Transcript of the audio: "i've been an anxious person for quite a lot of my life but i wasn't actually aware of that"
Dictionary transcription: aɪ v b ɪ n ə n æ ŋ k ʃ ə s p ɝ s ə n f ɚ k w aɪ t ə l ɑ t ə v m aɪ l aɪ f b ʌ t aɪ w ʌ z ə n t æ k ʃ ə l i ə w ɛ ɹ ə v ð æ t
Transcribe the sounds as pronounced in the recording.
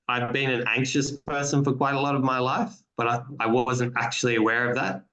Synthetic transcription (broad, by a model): aɪ v b ɪ n ə n æ ŋ k ʃ ə s p ɝ s ə n f ɚ k w aɪ t ə l ɑ t ə v m aɪ l aɪ f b ʌ t aɪ w ʌ z ə n t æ k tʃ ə l i ə w ɛ ɹ ə v ð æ t